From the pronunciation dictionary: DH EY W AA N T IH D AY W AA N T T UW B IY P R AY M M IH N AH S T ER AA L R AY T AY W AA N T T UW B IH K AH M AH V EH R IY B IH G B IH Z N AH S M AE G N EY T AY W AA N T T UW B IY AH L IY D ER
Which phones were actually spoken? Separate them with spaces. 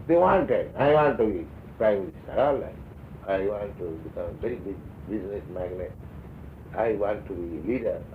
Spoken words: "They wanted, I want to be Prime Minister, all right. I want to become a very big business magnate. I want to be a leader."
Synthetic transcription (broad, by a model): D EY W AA N T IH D AY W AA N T T UW B IY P R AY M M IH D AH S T AA L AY AY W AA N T T UW B IH K AH M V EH R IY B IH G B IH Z N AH S M AE G N EY T AY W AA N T T UW B IY L IY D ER